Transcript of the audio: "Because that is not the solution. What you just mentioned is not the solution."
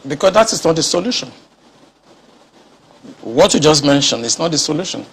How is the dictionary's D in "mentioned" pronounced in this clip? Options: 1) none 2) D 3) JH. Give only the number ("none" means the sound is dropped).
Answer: 1